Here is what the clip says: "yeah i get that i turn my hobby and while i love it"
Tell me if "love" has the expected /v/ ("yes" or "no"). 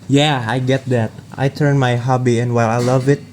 yes